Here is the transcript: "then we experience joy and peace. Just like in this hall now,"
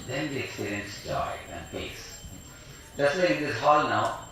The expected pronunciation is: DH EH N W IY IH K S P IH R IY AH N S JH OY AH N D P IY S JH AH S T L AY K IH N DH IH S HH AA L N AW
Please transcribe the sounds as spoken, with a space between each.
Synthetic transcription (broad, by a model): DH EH N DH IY IH K S P IH R IY AH N S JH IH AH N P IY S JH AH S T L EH IH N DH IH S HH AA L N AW